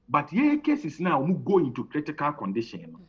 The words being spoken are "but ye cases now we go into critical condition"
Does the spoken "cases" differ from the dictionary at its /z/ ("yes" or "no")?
yes